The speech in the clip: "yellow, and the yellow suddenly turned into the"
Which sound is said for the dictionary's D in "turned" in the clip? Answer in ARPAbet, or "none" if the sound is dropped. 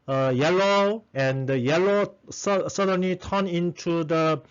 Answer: none